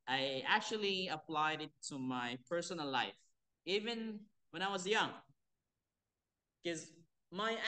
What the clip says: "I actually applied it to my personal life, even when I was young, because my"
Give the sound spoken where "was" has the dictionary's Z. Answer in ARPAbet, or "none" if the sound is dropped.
Z